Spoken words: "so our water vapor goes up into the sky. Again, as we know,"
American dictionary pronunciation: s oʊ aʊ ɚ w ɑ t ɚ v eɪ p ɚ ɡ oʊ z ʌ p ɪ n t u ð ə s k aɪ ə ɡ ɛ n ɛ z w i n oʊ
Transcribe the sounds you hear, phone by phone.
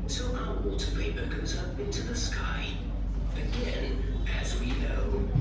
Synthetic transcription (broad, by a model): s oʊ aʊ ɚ w ɑ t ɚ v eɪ b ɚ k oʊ z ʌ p ɪ n t u ð ə s k aɪ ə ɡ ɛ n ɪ z w i n oʊ